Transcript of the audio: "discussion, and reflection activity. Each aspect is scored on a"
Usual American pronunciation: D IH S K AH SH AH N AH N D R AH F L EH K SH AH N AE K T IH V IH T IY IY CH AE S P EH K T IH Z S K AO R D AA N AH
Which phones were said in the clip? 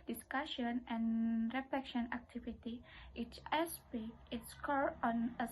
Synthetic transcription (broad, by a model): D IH S K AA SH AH N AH N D R AH F L EH K SH AH N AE K T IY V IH T IY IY S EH S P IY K IH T S K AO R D AA N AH